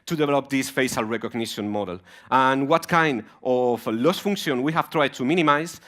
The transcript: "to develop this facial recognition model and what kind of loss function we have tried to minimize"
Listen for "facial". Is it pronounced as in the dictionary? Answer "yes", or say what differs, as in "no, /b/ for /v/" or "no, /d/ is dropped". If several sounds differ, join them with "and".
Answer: no, /s/ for /ʃ/